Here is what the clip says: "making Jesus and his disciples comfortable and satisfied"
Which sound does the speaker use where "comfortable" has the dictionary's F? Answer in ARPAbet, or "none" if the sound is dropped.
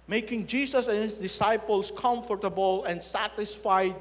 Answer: F